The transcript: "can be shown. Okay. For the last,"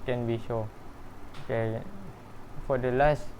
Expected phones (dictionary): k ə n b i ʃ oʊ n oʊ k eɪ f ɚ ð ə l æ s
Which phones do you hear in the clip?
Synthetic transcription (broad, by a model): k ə n b i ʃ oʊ oʊ k eɪ f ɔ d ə l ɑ s